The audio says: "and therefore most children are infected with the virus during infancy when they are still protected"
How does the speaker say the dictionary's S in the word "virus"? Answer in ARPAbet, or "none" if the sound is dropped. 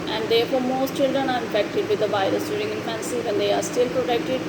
S